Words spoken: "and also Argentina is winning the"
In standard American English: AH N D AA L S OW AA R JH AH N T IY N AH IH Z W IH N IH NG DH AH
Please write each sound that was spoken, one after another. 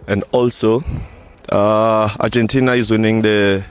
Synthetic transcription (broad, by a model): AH N D AA L S OW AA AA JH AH N T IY N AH IH Z W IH N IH NG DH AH